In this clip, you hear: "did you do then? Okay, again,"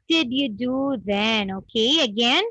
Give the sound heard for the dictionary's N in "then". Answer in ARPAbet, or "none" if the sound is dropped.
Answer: N